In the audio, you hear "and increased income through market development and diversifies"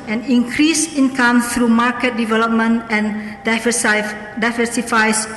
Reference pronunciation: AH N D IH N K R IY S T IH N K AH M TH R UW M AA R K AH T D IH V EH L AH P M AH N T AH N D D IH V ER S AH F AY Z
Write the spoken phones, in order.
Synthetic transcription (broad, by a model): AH N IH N K R IY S IH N K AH M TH R UW M AA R K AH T D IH V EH L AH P M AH N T AH N D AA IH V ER S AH F AY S